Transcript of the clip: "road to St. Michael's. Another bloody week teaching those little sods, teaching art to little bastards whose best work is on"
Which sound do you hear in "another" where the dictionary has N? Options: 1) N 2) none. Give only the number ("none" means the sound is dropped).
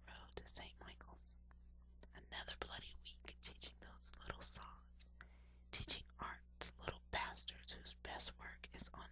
1